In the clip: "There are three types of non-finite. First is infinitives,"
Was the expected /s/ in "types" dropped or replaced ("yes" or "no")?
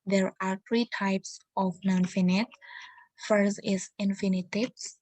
no